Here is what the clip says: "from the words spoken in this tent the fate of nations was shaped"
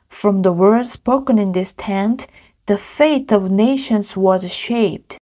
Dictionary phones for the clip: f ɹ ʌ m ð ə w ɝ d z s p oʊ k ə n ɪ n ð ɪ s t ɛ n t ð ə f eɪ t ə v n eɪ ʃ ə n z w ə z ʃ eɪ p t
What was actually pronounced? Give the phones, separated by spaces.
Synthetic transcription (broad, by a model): f ɹ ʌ m ð ə w ɝ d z s p oʊ k ə n ɪ n ð ɪ s t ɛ n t ð ə f eɪ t ə v n eɪ ʃ ə n z w ə z ʃ eɪ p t